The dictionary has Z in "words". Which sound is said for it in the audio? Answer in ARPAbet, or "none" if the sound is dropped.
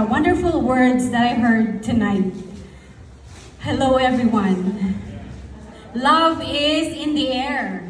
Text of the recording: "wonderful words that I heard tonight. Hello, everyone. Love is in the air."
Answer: Z